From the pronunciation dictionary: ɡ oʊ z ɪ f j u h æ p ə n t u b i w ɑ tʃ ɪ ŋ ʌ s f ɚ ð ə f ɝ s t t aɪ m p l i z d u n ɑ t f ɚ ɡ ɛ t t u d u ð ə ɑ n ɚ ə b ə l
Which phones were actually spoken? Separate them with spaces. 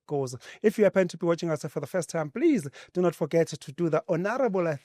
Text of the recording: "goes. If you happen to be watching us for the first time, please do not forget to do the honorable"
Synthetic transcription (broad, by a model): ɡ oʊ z ɪ f j u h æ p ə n t u b i w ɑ tʃ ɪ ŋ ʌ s f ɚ ð ə f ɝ s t t aɪ m p l i z d u n ɑ t f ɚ ɡ ɛ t t u d u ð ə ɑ n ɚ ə b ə l